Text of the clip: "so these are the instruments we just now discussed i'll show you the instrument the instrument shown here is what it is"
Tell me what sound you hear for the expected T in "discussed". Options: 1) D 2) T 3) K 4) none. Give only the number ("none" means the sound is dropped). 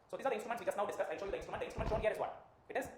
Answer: 4